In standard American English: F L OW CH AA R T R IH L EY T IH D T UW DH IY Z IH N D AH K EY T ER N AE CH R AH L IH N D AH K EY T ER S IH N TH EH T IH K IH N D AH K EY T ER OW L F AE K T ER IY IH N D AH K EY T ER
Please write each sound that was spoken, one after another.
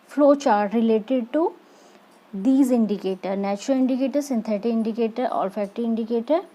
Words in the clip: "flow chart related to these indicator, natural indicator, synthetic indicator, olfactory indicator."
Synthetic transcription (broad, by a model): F L OW CH AA R T R IH L EY T IH D T UW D IY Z IH N D AH K EY T ER N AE CH R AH L IH N D AH K EY T ER S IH N T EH T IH IH N D AH K EY T ER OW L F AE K T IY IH N D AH K EY T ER